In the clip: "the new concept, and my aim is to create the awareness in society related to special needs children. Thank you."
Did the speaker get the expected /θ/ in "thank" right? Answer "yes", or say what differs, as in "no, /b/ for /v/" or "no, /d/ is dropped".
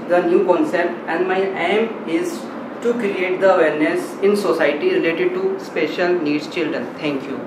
no, /t/ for /θ/